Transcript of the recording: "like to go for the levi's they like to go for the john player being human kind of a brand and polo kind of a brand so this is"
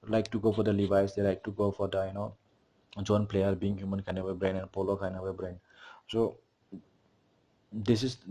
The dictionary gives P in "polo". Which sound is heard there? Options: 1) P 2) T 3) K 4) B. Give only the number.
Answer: 1